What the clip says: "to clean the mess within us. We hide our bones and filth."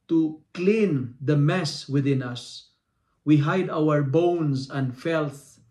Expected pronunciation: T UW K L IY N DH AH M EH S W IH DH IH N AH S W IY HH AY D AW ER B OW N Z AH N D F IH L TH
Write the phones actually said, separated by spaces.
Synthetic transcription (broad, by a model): T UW K L IY N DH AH M EH S W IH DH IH N AH S W IY HH AY D AW ER B OW N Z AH N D F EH L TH